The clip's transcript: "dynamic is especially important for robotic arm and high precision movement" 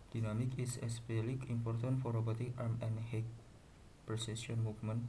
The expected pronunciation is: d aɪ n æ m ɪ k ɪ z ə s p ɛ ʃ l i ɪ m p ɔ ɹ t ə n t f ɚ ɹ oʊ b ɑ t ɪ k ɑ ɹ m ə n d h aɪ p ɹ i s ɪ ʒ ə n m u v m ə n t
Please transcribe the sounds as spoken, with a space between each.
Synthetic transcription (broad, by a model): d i n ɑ m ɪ k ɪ s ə s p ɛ l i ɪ m p ɔ ɹ t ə n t f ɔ ɹ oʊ b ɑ t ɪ k ɑ ɹ m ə n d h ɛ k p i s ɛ s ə n m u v m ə n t